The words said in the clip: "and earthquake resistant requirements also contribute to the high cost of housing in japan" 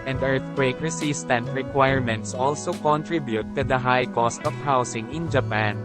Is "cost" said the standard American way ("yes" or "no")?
yes